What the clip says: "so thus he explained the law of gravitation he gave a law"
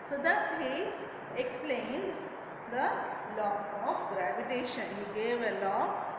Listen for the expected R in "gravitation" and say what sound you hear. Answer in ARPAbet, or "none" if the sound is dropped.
R